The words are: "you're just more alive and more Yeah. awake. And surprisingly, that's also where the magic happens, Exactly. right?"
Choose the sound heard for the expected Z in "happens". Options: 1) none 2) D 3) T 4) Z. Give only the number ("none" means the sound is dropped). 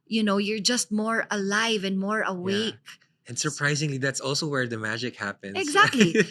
1